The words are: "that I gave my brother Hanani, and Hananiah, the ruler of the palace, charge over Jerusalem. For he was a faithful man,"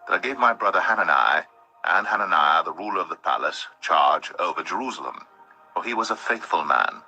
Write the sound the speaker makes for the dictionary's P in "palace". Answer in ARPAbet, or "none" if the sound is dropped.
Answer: P